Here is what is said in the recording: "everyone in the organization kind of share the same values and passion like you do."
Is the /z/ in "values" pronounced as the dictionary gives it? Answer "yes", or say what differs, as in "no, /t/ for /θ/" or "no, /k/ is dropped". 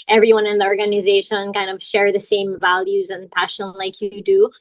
yes